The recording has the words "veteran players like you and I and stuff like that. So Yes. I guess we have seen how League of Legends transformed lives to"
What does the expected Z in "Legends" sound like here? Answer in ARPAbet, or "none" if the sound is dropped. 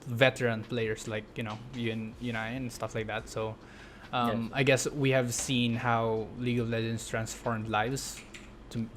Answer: S